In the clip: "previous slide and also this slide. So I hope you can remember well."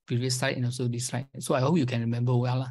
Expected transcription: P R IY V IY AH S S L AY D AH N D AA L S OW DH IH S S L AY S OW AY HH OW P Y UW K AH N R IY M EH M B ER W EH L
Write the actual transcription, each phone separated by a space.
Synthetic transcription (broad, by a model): P R IY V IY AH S S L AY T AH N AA S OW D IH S S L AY S OW AY HH OW P Y UW K AH N R IY M EH M B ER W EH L